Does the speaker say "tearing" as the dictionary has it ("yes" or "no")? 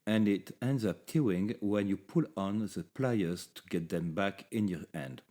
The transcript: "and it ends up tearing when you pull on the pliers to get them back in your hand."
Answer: no